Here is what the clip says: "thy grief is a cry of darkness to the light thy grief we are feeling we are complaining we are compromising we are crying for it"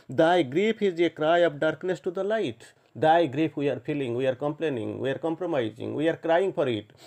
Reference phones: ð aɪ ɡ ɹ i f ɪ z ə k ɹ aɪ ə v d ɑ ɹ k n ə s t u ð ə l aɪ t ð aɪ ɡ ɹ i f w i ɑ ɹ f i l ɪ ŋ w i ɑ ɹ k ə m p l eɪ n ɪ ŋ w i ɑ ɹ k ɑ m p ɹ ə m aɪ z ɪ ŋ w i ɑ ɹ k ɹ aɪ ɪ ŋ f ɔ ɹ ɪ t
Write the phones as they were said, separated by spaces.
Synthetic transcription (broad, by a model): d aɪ ɡ ɹ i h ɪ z ə k ɹ aɪ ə p d ɑ ɹ k n ə s t u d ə l aɪ t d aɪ ɡ ɹ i p w i ɑ ɹ p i l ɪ ŋ w i ɑ ɹ k ə m p l eɪ n ɪ ŋ w i ɑ ɹ k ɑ m p ɹ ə m aɪ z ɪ ŋ w i ɑ ɹ k ɹ aɪ ɪ ŋ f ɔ ɹ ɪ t